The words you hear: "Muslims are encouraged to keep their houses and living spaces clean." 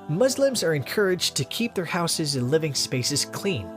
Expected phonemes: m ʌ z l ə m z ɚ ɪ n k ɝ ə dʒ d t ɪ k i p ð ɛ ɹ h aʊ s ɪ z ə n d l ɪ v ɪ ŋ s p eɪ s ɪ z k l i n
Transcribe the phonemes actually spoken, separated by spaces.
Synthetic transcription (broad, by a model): m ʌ z l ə m z ɚ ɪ n k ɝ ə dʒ t ɪ k i p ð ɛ ɹ h aʊ s ɪ z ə n l ɪ v ɪ ŋ s p eɪ s ɪ z k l i n